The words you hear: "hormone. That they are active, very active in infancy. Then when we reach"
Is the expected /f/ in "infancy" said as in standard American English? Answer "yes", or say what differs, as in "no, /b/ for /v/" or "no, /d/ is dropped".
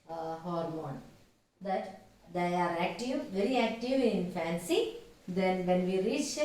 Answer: yes